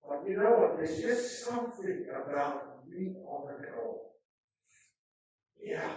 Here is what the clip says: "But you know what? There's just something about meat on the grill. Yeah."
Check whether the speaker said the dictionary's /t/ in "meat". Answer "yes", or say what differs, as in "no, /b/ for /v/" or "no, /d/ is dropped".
no, /t/ is dropped